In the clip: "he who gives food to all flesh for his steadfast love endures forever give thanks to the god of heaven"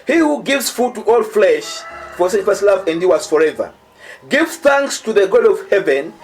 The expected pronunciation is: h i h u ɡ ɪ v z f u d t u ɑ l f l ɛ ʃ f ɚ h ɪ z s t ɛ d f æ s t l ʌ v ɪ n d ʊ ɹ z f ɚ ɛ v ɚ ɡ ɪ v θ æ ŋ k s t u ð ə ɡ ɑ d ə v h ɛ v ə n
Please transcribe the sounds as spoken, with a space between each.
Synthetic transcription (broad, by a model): h i h u ɡ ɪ v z f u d t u ɑ l f l ɛ ʃ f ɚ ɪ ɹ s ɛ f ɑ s l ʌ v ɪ n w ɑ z f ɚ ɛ v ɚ ɡ ɪ v θ æ ŋ k s t u ð ə ɡ ɑ d ə v h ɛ v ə n